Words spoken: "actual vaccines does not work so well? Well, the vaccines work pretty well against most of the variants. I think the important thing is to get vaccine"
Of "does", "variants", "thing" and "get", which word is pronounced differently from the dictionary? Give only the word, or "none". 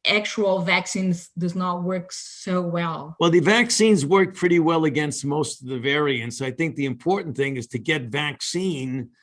none